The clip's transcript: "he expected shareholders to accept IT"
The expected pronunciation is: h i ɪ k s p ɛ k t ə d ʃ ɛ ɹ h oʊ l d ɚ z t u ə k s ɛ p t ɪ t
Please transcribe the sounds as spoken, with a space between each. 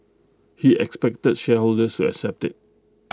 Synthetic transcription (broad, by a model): h i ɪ k s p ɛ k t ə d ʃ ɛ h oʊ l d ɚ s t u ə k s ɛ p t ɪ t